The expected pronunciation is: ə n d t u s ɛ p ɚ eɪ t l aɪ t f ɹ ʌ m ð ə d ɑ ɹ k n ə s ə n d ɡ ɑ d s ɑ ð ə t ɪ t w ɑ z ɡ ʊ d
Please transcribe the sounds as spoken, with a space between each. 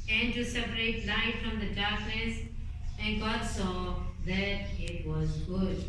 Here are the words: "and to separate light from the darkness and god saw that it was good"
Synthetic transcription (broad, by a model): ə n t u s ɛ p ɚ eɪ t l aɪ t f ɹ ʌ m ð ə d ɑ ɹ k n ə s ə n ɡ ɑ d s ɑ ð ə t ɪ t w ɑ z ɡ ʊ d